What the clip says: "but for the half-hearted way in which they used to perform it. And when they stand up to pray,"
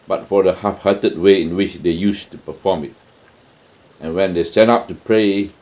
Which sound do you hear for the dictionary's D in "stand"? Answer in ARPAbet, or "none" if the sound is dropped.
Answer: none